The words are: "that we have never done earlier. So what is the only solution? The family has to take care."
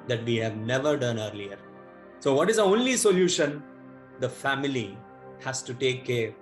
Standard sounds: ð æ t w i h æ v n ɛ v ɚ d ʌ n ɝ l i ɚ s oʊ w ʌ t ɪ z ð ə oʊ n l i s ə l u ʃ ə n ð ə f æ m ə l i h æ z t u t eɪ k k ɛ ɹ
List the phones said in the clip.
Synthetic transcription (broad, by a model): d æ t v i h æ v n ɛ v ɚ d ʌ n ɝ l i ɚ s oʊ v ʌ t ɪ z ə oʊ n l i s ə l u ʃ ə n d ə f æ m ə l i h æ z t u t eɪ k k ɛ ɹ